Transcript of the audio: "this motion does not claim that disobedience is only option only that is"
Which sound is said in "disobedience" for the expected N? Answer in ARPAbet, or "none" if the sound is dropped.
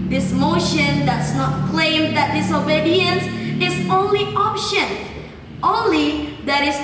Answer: N